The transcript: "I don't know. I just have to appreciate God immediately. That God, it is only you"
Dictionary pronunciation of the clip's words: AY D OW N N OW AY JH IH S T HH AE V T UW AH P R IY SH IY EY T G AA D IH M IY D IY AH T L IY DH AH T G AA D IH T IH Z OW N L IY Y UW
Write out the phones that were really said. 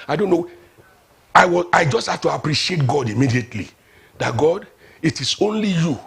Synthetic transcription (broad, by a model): AY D OW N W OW AY JH IH S T HH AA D T UW AH P R IY SH IY EY T G AA D IH M IY D IY AH T L IY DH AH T G AA D IH T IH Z OW N L IY Y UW